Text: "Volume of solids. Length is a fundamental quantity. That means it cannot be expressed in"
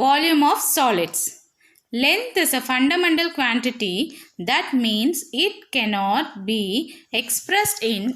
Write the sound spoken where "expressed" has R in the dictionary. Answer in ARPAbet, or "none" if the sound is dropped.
R